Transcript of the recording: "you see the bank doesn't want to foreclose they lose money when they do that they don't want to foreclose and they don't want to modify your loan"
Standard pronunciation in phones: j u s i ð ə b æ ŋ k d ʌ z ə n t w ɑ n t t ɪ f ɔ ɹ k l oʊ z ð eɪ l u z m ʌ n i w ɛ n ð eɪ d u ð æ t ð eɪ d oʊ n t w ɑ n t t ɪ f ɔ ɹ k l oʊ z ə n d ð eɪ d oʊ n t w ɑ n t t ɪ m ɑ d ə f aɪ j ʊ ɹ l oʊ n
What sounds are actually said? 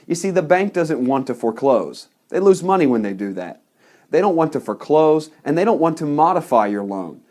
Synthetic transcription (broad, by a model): j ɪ s i ð ə b æ ŋ k d ʌ z ə n t w ɑ n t t ɪ f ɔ ɹ k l oʊ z ð eɪ l u z m ʌ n i w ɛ n ð eɪ d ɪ ð æ t ð eɪ d oʊ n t w ɑ n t t ɪ f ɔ ɹ k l oʊ z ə n ð eɪ d oʊ n t w ɑ n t t ɪ m ɑ d ə f aɪ j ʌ ɹ l oʊ n